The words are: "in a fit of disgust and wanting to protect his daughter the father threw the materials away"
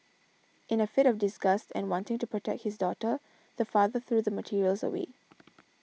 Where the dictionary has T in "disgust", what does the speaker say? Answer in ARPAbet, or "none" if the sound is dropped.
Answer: T